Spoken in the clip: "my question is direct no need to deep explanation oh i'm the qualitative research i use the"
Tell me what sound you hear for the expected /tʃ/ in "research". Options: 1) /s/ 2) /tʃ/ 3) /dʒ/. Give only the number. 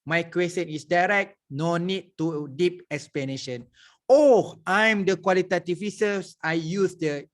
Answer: 1